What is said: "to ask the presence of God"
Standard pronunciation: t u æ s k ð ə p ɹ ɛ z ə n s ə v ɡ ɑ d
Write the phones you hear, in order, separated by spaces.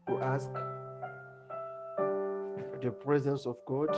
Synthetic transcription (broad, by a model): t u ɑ s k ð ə p ɹ ɛ z ə n s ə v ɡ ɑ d